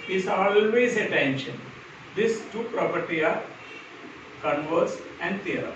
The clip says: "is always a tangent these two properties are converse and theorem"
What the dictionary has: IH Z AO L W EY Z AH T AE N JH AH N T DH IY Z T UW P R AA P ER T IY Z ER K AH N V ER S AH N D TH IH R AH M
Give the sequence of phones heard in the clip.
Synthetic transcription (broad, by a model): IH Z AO L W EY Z AH T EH N SH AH N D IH S T UW P R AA P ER T IY AA K AH N V ER S AH N D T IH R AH